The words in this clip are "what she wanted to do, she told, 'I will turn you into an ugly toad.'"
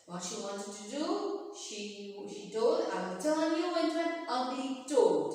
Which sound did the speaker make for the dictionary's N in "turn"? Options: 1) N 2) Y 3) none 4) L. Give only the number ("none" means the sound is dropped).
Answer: 4